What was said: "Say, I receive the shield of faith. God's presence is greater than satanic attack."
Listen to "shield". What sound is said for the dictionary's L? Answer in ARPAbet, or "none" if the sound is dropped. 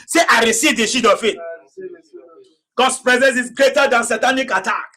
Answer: none